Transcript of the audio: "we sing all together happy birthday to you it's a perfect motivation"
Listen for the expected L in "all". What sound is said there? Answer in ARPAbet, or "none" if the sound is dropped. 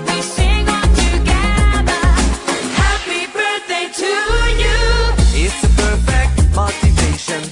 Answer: N